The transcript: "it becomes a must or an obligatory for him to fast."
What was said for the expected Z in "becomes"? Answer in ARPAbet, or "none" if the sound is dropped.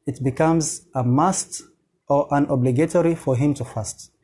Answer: Z